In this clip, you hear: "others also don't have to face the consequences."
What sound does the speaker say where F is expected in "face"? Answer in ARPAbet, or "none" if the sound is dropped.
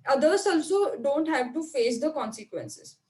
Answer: F